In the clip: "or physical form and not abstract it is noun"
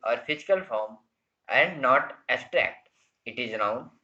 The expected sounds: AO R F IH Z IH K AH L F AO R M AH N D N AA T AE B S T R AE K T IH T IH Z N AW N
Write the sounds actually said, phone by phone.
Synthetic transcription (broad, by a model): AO R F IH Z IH K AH L F AO R M AH N D N AA T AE S T R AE K T IH T IH Z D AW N